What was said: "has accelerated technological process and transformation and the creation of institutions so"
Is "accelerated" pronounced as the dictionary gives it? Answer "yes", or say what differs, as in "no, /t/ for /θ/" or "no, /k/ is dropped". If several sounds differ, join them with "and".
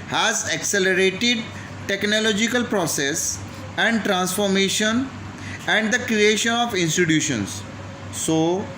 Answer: yes